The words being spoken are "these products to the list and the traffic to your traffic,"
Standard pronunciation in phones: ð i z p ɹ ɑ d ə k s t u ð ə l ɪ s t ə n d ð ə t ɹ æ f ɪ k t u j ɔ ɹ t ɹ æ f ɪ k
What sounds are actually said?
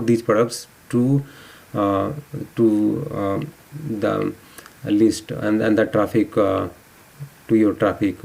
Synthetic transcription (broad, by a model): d i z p ɑ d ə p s t u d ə l ɪ s t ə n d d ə t ɹ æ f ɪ k t u j ɔ ɹ t ɹ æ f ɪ k